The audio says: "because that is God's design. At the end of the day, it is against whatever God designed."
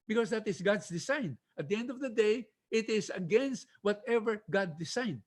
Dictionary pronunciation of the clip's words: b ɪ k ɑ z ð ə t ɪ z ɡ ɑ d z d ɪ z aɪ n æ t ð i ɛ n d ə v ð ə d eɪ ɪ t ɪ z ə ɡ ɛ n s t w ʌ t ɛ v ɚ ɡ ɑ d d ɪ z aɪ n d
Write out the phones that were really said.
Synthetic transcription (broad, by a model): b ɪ k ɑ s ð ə t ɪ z ɡ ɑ d s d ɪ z aɪ n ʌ t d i ɛ n d ə v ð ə d eɪ ɪ t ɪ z ə ɡ ɛ n s t w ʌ t ɛ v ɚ ɡ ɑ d d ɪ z aɪ n d